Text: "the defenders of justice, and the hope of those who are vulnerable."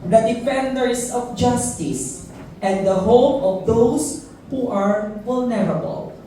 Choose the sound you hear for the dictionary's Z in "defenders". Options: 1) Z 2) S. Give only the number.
2